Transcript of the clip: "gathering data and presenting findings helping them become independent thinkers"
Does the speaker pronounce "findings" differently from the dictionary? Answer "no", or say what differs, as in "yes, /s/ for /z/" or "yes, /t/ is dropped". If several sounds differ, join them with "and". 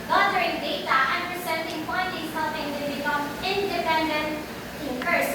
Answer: yes, /p/ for /f/ and /ŋ/ is dropped